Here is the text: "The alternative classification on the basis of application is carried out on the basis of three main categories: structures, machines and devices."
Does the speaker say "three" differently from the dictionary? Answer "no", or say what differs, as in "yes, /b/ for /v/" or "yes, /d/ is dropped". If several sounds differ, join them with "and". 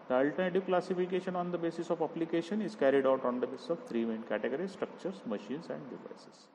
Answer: yes, /t/ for /θ/